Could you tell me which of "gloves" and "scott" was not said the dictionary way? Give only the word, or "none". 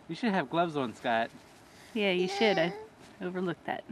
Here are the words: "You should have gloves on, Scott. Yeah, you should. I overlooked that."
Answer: none